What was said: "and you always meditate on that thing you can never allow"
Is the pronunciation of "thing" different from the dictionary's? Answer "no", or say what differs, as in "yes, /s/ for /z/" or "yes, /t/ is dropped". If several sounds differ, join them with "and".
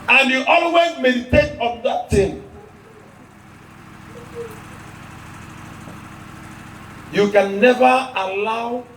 yes, /t/ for /θ/